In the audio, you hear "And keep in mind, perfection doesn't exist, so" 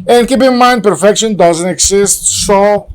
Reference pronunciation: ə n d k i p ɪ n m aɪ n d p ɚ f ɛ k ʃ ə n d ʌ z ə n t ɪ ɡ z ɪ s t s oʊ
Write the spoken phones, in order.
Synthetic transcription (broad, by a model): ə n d k i p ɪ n m aɪ n d p ɚ f ɛ k ʃ ə n d ʌ z ə n t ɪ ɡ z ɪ s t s oʊ